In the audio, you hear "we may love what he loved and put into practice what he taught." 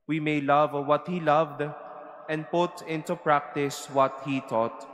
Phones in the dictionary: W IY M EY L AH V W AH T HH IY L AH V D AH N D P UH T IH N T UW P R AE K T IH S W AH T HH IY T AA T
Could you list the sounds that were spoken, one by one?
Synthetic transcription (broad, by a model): W IY M EY L AH V W AH T HH IY L AH V D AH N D P UH T IH N T UW P R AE K T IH S W AH T HH IY T AA T